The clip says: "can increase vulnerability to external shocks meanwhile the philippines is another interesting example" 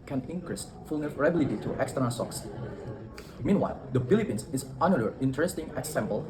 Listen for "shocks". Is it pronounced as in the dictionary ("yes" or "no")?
no